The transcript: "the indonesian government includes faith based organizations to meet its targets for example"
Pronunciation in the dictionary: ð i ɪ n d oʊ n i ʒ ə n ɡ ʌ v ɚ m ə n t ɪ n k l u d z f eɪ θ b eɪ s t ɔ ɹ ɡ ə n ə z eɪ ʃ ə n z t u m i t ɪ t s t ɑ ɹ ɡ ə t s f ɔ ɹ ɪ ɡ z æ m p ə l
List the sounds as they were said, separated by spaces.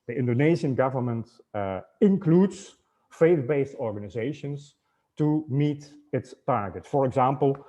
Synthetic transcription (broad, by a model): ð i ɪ n d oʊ n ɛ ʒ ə n ɡ ʌ v ɚ m ə n t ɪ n k l u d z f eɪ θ b eɪ s t ɔ ɹ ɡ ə n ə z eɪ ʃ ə n s t u m i t ɪ t s t ɑ ɹ ɡ ə t s f ɔ ɹ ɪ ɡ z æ m p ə l